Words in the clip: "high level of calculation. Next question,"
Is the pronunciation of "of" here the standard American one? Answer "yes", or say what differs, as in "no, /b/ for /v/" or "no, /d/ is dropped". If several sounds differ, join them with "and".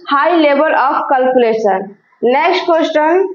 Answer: no, /p/ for /v/